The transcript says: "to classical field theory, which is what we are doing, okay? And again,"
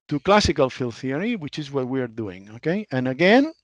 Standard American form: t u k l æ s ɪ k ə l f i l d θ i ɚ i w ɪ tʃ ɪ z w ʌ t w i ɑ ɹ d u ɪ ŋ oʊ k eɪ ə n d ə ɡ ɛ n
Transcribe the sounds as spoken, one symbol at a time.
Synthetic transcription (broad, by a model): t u k l æ s ɪ k ə l f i l θ i ɚ i w ɪ tʃ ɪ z w ʌ t w i ɑ ɹ d u ɪ ŋ oʊ k eɪ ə n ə ɡ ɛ n